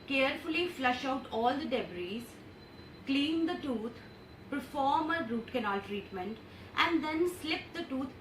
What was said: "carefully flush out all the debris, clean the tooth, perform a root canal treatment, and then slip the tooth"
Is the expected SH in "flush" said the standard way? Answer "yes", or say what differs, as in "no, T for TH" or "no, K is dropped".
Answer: yes